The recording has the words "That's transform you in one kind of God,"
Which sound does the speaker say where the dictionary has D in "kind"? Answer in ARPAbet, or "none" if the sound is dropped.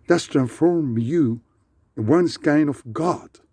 none